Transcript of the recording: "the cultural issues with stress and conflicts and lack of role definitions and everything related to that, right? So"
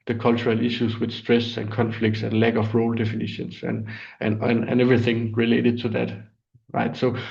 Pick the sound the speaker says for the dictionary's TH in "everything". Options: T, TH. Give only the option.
TH